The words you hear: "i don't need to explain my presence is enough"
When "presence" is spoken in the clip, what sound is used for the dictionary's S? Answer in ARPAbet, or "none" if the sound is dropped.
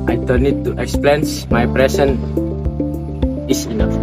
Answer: none